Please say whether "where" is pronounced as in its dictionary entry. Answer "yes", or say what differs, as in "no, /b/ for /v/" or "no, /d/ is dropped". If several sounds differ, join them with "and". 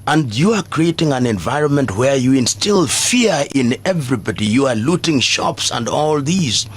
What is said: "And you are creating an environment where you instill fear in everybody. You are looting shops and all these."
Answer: yes